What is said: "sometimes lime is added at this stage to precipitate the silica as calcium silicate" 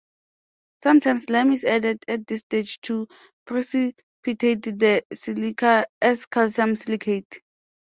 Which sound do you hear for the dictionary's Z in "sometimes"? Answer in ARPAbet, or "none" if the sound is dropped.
S